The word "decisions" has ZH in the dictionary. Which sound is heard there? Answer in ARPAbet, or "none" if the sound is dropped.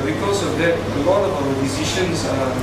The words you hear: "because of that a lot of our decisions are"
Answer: SH